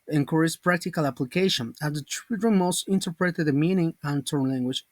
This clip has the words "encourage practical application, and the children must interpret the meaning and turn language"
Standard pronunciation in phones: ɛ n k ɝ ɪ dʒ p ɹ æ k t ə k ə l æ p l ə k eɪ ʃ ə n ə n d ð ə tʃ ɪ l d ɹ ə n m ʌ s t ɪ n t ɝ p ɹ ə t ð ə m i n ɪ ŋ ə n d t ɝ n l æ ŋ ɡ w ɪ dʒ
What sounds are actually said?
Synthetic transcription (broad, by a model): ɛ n k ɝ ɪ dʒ p ɹ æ k t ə k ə l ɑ p l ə k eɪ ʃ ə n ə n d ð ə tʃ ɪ d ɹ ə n m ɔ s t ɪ n t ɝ p ɹ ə t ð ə m i n ɪ ŋ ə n t ɝ n l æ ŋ ɡ w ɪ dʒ